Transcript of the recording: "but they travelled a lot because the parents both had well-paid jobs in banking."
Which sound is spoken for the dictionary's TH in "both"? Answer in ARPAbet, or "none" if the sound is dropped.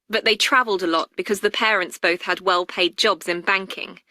TH